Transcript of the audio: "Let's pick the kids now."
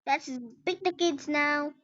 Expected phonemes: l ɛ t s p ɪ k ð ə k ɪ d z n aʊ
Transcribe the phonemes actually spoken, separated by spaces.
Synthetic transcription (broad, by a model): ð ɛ t s b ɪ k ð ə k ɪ d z n aʊ